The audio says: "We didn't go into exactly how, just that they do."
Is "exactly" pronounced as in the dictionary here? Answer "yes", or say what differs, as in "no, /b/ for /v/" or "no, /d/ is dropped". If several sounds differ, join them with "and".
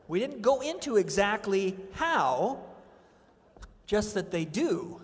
yes